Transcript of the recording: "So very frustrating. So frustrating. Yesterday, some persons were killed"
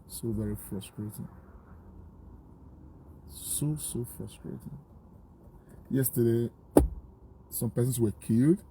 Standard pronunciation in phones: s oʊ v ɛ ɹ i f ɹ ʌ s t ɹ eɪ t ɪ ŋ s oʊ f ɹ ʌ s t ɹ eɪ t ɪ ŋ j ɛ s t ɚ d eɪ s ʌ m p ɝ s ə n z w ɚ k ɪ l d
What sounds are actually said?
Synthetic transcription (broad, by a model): s oʊ v ɛ ɹ i f ɹ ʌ s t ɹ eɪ t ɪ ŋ s oʊ f ɹ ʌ s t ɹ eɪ t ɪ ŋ j ɛ s t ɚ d eɪ s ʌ m p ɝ s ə n s w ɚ k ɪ l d